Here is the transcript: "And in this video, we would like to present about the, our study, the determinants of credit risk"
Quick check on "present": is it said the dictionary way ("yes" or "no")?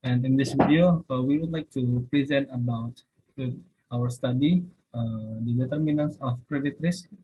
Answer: yes